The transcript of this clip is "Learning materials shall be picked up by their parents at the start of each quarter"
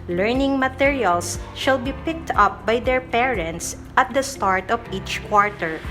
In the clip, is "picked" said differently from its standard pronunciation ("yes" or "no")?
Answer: no